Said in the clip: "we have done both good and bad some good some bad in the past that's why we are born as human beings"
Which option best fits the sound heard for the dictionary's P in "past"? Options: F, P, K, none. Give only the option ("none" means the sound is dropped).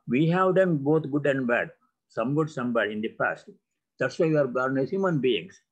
P